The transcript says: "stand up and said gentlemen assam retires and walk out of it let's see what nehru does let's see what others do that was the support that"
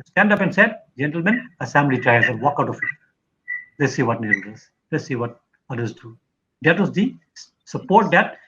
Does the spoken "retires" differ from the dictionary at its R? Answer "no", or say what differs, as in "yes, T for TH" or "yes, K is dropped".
yes, L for R